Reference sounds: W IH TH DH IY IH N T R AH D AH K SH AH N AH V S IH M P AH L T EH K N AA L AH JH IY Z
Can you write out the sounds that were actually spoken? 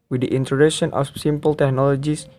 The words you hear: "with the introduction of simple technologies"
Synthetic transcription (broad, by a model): W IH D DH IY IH N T AH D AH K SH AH N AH F S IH M P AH L T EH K N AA L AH JH IY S